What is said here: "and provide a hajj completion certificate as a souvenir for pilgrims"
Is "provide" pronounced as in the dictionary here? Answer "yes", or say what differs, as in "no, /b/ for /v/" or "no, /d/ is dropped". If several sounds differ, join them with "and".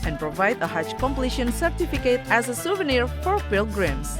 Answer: yes